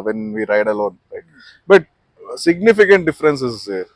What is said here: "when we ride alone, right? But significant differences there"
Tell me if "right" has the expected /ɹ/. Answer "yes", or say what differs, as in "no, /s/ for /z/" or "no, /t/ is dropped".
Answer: no, /l/ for /ɹ/